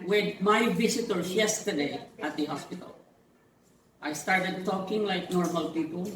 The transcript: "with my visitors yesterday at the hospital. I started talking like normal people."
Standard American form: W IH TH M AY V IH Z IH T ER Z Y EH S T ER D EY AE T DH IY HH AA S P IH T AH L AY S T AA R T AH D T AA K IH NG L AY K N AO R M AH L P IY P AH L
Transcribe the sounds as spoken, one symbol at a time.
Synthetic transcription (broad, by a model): W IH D M AY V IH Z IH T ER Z Y EH S T ER D EY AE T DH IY HH AA S P IH T AH L AY S T AA R T AH D T AA K IH NG L AY K N AO R M AH L P IY P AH L